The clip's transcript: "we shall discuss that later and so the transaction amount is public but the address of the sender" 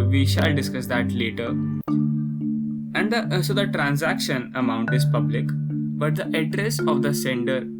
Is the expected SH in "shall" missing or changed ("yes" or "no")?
no